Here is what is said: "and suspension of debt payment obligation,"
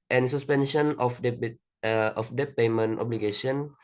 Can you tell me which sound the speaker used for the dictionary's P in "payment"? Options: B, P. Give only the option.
P